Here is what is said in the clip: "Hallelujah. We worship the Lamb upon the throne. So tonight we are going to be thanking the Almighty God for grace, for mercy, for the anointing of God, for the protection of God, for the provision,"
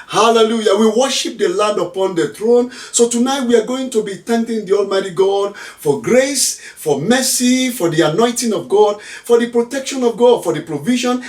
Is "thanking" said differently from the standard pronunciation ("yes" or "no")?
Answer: yes